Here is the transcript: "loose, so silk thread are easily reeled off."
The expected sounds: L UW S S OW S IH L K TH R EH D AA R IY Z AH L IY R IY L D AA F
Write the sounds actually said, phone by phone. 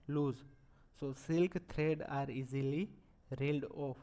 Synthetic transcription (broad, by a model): L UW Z S OW S IH L K T R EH D AA R IY Z AH L IY R IY L D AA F